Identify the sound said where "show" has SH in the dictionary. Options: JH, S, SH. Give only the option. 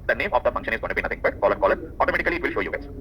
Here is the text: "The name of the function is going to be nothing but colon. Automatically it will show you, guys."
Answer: SH